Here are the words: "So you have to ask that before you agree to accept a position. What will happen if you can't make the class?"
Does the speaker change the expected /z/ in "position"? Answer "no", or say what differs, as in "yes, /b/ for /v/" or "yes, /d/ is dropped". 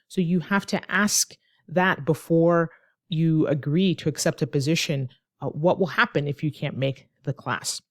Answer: no